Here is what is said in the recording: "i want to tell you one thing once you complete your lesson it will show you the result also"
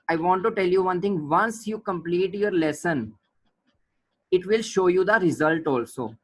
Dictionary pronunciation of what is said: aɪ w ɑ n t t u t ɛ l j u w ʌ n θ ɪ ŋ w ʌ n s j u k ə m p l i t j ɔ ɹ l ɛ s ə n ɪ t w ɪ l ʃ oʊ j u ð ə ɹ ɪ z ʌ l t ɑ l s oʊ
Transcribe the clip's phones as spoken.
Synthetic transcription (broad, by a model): aɪ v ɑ n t t u t ɛ l j u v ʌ n t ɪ ŋ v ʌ n s j u k ə m p l i t j ɔ ɹ l ɛ s ə n ɪ t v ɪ l ʃ oʊ j u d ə ɹ ɪ z ʌ l t ɑ l s oʊ